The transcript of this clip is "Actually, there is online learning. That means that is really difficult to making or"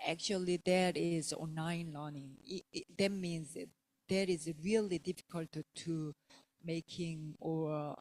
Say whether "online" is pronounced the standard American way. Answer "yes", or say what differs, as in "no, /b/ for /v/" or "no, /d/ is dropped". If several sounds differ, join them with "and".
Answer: no, /l/ is dropped